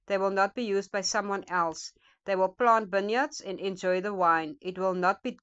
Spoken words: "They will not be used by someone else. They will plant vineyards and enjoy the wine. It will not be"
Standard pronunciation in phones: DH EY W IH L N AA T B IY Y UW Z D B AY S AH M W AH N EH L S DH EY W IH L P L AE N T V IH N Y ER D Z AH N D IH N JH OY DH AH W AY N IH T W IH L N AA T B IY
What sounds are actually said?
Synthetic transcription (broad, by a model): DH EY W IH L N AA T B IY Y UW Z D B AY S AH M W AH N EH L S DH EY W IH L P L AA N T B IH N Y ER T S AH N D IH N JH OY DH AH W AY N IH T W IH L N AA T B IY